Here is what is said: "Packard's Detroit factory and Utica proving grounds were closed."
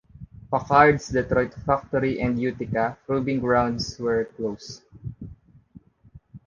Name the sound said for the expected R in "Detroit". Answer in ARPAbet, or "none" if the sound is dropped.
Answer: R